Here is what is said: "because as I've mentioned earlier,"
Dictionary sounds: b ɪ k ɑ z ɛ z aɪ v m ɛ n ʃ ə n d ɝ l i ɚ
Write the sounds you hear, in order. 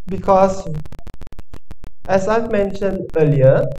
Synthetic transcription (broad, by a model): b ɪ k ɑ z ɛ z aɪ v m ɛ n ʃ ə n d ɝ l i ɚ